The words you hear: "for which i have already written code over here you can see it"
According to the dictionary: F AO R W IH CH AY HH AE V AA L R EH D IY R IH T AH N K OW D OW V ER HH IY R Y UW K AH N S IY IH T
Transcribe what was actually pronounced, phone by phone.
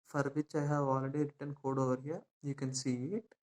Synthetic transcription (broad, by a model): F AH R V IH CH AY HH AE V AA L R EH D IY R IH T AH N K OW D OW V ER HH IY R Y UW K AH N S IY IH T